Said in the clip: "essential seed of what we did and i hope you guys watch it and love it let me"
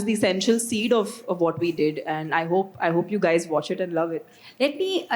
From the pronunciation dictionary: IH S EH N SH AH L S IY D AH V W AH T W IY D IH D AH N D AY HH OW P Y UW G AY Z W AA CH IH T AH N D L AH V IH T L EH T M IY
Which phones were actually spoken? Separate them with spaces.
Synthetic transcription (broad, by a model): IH S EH N SH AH L S IY D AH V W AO T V IY D IH D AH N D AY HH OW P Y UW G AY Z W AA CH IH T AH N D L AH V IH T L EH T M IY